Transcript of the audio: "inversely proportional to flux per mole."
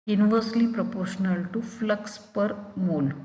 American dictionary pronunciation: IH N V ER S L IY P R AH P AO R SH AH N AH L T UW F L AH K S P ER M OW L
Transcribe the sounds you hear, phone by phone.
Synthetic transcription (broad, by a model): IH N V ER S L IY P R AH P AO R SH AH N AH L T UW F L AH K S P ER M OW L